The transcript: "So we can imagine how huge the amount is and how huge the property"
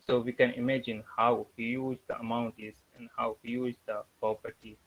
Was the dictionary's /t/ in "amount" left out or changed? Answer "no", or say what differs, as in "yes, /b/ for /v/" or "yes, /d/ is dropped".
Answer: no